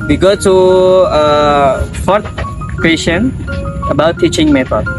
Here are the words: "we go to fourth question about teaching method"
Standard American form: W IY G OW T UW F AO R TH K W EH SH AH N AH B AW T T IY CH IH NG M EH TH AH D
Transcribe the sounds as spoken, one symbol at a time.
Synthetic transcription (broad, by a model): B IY G OW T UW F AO R T K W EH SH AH N AH B AW T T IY CH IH NG M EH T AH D